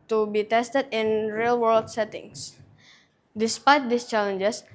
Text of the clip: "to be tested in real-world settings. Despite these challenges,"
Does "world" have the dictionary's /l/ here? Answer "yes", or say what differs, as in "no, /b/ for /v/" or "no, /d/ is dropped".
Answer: yes